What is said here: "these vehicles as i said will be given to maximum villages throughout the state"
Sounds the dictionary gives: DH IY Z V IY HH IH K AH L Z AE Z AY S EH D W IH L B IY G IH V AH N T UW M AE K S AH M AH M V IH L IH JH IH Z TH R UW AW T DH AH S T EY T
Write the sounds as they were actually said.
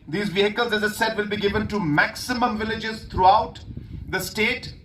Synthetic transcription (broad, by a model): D IY Z V IY HH IH K AH L Z AE Z AY S EH D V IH L B IY G IH V AH N T UW M AE K S AH M AH M V IH L IH JH IH Z T R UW AW T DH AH S T EY T